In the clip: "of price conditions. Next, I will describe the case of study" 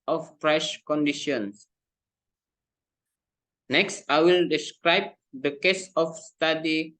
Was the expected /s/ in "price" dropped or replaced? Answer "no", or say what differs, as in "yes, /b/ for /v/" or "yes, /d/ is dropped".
yes, /ʃ/ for /s/